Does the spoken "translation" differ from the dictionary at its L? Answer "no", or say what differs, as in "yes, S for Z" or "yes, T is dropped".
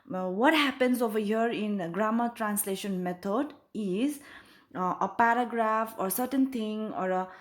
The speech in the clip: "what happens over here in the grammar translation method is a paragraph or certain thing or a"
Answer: no